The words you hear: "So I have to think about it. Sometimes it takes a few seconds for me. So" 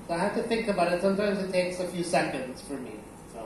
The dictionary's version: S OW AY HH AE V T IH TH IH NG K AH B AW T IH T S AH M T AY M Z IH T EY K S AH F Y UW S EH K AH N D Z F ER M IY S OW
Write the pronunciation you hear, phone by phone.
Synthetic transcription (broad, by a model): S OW AY HH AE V T IH TH IH NG K AH B AW T IH T S AH M T AY M Z IH T EY K S AH F Y UW S EH K AH N D Z F ER M IY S OW